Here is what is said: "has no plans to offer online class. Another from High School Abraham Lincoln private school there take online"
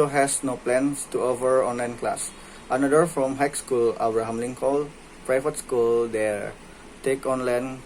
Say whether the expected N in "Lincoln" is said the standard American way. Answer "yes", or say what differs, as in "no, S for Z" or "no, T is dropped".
no, L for N